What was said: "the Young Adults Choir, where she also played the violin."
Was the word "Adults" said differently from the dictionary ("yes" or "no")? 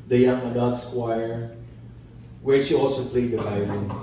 yes